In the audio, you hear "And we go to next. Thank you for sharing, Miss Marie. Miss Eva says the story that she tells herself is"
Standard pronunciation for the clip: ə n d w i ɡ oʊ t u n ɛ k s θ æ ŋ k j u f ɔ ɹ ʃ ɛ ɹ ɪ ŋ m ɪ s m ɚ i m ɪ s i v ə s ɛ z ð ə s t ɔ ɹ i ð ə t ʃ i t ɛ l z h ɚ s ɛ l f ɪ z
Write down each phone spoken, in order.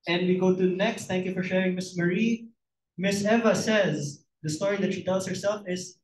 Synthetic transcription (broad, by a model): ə n d w i ɡ oʊ t u n ɛ k s t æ ŋ k j u f ɔ ɹ ʃ ɛ ɹ ɪ ŋ m ɪ s m ɚ i m ɪ s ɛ v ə s ɛ z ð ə s t ɔ ɹ i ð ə t ʃ i t ɛ l s h ɚ s ɛ l f ɪ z